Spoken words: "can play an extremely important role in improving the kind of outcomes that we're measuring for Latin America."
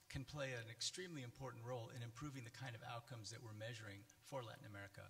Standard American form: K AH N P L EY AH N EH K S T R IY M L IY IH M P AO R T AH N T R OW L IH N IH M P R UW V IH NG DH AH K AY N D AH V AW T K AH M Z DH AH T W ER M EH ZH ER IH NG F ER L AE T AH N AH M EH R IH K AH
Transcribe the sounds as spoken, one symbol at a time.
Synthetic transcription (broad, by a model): K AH N P L EY AH N EH K S T R IY M L IY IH M P AO R T N T R OW L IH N IH M P R UW V IH NG DH AH K AY N D AH V AW T K AH M Z DH AH T W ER M EH ZH ER IH NG F ER L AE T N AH M EH R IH K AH